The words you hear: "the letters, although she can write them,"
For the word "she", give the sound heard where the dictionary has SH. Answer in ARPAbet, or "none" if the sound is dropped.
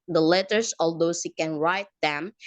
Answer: S